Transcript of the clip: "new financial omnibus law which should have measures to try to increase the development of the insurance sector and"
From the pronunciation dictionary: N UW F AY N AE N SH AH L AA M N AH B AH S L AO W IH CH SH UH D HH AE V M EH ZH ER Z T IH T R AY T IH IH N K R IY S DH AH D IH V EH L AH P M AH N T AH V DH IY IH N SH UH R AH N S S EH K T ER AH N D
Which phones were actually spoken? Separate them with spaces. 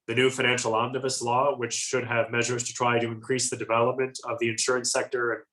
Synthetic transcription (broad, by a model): N UW F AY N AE N SH L AA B N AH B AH S L AO W IH CH SH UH D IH V M EH ZH ER Z T IH T R AY T IH IH N K R IY S DH AH D IH V EH L AH P M AH N T AH V DH IY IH N SH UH R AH N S S EH K T ER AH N